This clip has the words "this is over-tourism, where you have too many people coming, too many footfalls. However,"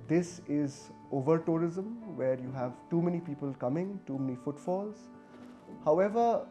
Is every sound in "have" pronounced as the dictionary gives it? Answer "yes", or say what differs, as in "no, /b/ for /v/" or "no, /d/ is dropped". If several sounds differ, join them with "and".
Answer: yes